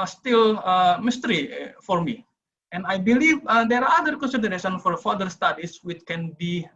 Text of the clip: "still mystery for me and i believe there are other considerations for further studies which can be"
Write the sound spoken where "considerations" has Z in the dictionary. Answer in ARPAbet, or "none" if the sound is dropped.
none